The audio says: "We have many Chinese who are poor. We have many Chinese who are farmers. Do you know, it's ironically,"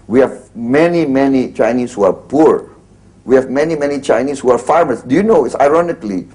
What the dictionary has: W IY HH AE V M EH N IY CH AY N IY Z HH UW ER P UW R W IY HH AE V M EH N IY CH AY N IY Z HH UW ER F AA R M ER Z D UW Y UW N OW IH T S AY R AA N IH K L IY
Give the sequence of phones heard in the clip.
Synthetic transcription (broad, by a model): W IY HH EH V M EH N IY CH AY N IY S HH UW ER P UW R W IY HH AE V M EH N IY CH AY N IY S HH UW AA F AA R M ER S D UW Y UW N OW IH T S AY R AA N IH K L IY